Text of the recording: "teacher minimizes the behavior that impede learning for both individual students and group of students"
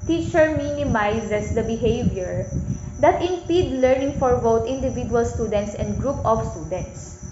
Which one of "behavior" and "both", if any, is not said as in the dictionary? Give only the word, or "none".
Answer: both